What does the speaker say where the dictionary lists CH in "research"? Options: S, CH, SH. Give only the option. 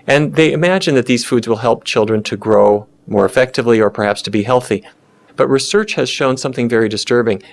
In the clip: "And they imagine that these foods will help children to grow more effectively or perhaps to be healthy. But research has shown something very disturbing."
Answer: CH